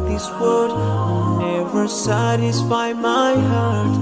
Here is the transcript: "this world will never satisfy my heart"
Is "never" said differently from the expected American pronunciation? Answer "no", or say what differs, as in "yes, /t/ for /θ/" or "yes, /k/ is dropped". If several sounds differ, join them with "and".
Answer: no